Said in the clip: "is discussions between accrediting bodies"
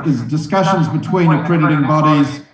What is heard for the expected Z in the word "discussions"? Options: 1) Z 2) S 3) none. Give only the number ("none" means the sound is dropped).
1